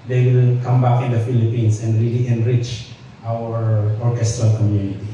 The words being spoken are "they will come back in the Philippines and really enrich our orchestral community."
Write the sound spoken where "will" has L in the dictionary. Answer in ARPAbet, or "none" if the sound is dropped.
N